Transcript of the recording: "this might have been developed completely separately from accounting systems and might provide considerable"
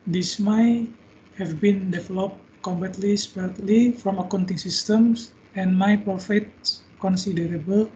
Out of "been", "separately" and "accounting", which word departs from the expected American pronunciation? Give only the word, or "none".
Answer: separately